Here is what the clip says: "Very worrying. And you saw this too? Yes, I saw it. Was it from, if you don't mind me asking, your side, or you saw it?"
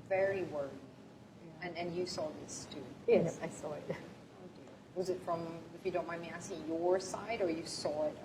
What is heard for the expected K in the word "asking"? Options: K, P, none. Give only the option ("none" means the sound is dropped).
none